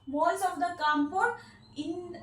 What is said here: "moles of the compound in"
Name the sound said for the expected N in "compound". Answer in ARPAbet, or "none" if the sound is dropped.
none